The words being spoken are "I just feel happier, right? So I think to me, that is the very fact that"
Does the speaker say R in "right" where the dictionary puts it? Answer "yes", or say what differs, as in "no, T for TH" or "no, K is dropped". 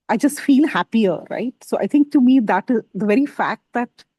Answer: yes